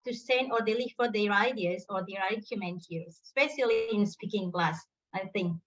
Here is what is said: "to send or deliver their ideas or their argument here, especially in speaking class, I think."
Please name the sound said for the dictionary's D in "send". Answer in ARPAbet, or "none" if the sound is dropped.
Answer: none